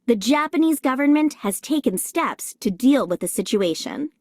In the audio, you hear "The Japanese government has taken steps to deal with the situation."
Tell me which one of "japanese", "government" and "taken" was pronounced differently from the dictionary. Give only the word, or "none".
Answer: none